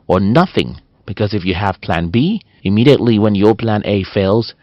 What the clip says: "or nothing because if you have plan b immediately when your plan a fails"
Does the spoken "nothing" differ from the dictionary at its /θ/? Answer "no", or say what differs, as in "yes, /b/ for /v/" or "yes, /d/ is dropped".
no